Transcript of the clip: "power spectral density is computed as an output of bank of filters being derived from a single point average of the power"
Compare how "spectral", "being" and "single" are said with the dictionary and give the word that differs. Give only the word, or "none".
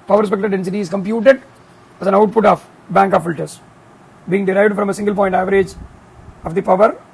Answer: spectral